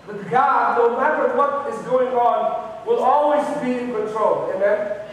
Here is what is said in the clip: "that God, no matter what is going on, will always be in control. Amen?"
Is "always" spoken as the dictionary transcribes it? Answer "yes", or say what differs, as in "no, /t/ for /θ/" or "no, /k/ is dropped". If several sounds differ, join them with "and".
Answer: yes